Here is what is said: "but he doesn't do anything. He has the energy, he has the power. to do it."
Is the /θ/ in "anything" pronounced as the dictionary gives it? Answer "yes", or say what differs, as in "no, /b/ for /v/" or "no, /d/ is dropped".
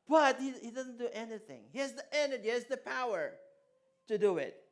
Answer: yes